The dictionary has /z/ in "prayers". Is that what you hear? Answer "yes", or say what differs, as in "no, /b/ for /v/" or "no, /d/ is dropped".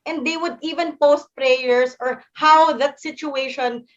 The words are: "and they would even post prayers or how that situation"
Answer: no, /s/ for /z/